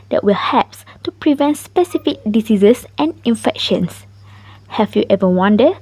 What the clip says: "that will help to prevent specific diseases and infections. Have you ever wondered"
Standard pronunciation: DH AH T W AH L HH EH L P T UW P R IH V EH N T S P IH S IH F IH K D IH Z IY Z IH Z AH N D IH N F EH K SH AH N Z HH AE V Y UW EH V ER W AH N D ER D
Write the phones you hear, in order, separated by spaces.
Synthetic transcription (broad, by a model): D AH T W AH L HH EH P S T UW P R IH V EH N T S P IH S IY F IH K D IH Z IY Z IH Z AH N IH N F EH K SH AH N S HH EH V Y UW EH V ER W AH N D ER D